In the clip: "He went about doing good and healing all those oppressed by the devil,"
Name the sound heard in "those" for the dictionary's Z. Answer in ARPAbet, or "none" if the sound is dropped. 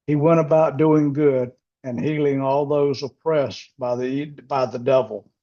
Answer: Z